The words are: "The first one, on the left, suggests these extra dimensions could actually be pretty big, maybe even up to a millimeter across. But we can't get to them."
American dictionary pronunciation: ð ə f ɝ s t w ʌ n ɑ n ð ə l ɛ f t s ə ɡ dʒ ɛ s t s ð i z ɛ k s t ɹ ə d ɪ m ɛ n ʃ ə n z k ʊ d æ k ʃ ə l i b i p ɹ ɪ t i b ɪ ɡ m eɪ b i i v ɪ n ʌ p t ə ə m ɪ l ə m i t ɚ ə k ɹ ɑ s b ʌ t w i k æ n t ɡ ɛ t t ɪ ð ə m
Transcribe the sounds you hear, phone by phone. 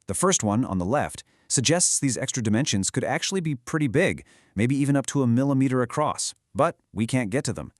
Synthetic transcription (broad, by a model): ð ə f ɝ s t w ʌ n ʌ n ð ə l ɛ f t s ə ɡ dʒ ɛ s t s ð i z ɛ k s t ɹ ə d ɪ m ɛ n ʃ ə n z k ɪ d æ k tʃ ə l i b i p ɹ ɪ t i b ɪ ɡ m eɪ b i i v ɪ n ʌ p t ə ə m ɪ l ə m i t ɚ ə k ɹ ɑ s b ʌ t w i k æ n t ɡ ɛ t t ɪ ð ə m